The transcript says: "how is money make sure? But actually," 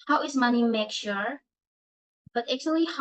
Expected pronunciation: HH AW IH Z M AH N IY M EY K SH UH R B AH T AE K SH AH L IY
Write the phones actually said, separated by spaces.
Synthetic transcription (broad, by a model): HH AW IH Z M AH N IY M EY K SH UH R B AH T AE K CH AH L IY